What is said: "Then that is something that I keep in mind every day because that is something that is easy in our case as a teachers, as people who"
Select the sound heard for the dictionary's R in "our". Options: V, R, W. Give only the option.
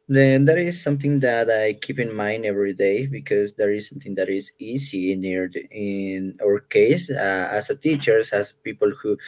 R